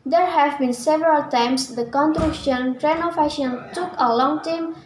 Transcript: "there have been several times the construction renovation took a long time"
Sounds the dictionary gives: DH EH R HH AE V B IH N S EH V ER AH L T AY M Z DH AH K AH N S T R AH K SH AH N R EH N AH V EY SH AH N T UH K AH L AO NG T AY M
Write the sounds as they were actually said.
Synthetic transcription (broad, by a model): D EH R HH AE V B IH N S EH V ER AH L T AY M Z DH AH K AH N T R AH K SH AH N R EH N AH F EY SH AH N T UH K AH L AO NG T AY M